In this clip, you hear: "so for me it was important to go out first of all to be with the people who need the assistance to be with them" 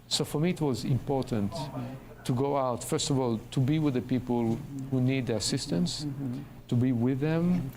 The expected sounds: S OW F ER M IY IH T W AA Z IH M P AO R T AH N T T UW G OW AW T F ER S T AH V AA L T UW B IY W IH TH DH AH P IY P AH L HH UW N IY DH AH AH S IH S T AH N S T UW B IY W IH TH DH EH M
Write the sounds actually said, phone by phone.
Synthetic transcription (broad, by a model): S OW F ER M IY IH T W AA Z IH M P AO R T AH N T T UW G OW AW T F ER S T AH V AA L T UW B IY W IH DH AH P IY P AH L HH UW N IY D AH AH S IH S T AH N S T UW B IY W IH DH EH M